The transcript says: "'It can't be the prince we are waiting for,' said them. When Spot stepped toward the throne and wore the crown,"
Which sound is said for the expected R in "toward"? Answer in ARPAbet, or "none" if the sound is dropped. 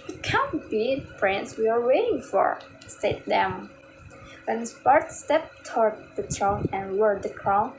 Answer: R